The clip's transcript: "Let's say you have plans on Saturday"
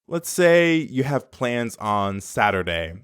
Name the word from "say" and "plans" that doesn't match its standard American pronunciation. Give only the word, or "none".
none